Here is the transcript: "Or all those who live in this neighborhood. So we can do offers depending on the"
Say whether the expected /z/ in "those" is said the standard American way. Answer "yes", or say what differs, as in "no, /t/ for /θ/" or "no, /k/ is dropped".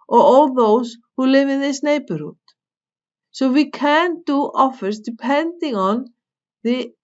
no, /s/ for /z/